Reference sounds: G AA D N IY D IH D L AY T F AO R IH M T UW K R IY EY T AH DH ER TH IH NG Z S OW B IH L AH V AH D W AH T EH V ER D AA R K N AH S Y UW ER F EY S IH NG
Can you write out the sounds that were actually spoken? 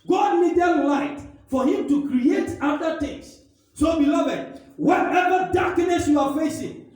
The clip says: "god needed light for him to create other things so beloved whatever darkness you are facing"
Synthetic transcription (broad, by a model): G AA D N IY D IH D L AY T F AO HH IH M T UW K R IY EY T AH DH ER T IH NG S S OW B IH L AH V AH D W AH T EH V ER D AA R K N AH S Y UW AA F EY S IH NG